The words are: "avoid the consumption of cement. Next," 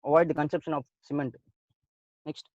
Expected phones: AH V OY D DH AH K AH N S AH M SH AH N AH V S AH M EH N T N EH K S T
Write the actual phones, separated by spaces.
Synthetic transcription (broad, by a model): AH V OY D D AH K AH N S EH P SH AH N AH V S AH M EH N T N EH K S T